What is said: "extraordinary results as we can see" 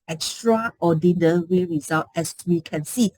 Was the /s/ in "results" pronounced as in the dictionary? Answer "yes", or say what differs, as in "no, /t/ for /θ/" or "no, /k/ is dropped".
no, /s/ is dropped